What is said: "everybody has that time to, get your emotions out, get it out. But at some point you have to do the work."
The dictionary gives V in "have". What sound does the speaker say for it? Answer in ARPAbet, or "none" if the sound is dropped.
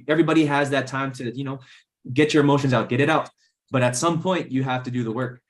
F